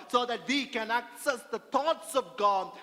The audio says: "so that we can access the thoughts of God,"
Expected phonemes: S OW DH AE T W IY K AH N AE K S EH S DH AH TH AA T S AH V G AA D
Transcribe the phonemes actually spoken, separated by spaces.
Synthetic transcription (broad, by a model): S OW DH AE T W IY K AH N AE K S EH S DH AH T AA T S AH V G AA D